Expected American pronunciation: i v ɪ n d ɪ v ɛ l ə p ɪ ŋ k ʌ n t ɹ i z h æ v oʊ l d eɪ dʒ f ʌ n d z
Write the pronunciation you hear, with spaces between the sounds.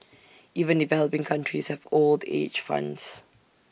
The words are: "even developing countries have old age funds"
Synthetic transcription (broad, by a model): i v ɪ n d ɪ v ɛ l ə p ɪ ŋ k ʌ n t ɹ i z h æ v oʊ l d eɪ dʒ f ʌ n d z